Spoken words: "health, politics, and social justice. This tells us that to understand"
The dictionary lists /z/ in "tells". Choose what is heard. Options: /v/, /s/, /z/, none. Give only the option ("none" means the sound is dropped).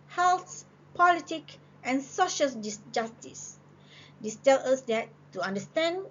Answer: none